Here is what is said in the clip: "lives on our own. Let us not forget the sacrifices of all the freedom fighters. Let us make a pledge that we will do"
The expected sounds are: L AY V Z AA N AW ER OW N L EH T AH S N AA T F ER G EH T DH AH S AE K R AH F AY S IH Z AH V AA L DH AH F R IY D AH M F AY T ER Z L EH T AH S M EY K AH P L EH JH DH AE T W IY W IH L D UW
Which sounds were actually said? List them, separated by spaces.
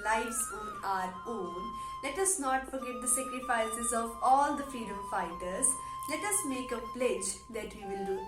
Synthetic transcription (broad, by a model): L AY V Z AA N AW ER OW N L EH T AH S N AA T F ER G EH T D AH S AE K R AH F AY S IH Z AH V AA L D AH F IY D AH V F AY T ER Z L EH T AH S M EY K AH P L EH JH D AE T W IY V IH L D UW